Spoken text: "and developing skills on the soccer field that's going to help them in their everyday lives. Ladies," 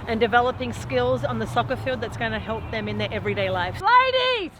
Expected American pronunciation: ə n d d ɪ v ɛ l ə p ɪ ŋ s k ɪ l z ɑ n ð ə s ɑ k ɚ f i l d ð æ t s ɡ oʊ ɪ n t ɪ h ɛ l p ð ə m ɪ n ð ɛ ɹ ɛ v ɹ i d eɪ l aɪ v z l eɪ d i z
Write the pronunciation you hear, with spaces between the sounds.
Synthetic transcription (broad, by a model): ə n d d ɪ v ɛ l ə p ɪ ŋ s k ɪ l z n ð ə s ɑ k ɚ f i l d ð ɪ t s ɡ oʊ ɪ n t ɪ h ɛ l p ð ə m ɪ n ð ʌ ɹ ɛ v ɹ i d eɪ l aɪ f l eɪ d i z